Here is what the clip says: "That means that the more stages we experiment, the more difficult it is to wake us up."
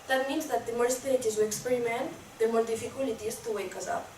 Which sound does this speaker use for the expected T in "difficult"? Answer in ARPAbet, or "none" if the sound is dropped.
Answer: none